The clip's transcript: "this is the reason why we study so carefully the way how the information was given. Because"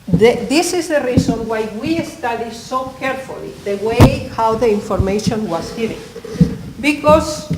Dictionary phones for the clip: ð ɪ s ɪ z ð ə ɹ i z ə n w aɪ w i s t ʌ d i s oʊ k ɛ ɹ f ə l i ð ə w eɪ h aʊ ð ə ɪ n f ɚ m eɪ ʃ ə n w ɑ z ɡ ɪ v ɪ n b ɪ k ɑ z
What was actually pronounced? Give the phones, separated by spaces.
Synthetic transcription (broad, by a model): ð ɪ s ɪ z ð ə ɹ i s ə n w aɪ w i s t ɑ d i s oʊ k ɛ ɹ f ə l i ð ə w eɪ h aʊ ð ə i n f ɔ m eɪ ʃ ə n w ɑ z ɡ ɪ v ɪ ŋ b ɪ k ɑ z